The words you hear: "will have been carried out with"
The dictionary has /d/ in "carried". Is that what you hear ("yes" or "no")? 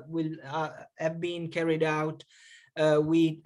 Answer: yes